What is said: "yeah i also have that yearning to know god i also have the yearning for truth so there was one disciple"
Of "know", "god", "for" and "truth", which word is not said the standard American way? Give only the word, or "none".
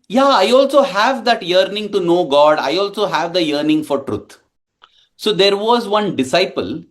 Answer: truth